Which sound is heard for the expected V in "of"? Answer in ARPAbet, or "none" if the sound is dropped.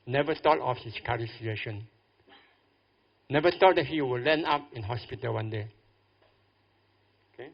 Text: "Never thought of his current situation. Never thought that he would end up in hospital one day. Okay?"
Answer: F